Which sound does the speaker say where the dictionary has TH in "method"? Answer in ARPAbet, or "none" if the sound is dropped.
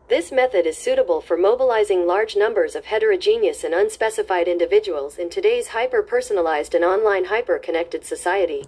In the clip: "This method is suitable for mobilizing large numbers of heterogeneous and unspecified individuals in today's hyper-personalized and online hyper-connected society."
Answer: TH